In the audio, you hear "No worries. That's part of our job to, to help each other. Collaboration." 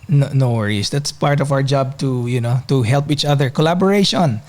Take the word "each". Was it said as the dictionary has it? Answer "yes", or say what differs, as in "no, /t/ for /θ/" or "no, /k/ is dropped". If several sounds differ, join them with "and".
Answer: yes